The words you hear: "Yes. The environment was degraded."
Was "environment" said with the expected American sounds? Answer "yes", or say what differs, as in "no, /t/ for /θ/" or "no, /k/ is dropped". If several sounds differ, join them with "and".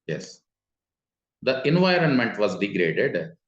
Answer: yes